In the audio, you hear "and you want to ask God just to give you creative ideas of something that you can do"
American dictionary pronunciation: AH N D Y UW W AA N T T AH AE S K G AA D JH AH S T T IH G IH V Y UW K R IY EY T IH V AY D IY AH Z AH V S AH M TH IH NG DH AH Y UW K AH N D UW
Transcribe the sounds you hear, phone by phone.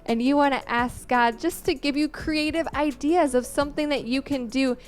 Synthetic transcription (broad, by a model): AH N Y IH W AA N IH T AE S K G AA D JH AH S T T IH G IH V Y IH K R IY EY T IH V AY D IY AH Z AH V S AH M TH IH NG DH AH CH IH K AH N D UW